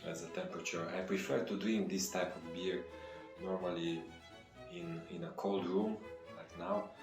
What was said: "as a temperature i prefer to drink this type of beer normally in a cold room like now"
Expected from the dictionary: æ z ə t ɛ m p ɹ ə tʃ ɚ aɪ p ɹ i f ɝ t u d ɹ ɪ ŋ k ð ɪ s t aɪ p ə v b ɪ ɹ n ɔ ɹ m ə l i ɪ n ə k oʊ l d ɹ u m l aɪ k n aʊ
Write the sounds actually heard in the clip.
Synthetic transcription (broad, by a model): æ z ə t ɛ m p ɹ ə tʃ ɚ aɪ p ɹ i f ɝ t u d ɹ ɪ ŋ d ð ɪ s t aɪ p ə v b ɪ ɹ n ɔ ɹ m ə l i ɪ n ə k oʊ l d ɹ u m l aɪ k n aʊ